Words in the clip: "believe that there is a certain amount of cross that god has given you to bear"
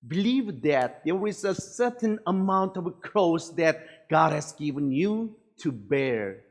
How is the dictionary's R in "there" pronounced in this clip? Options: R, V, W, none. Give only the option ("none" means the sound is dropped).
W